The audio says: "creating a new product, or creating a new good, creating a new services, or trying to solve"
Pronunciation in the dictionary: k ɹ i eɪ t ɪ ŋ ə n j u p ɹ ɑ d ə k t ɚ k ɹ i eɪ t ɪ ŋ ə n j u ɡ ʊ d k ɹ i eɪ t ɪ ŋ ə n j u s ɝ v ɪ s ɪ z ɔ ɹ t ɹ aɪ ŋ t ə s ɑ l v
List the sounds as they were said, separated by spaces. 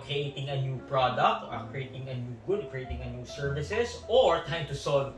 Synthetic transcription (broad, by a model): k ɹ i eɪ t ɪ ŋ ə n j u p ɹ ɑ d ə k t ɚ k ɹ i eɪ t ɪ ŋ ə n j u ɡ ʊ d k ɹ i eɪ t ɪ ŋ ə n j u s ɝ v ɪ s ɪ s ɔ ɹ t aɪ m t ə s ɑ l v